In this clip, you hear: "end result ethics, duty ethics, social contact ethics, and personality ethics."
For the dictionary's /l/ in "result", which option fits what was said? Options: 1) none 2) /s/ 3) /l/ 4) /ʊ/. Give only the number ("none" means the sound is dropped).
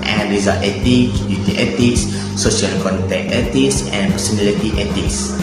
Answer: 1